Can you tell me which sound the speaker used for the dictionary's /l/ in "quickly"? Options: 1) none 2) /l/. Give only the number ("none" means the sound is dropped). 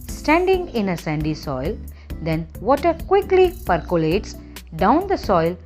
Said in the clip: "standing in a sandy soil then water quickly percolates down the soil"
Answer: 2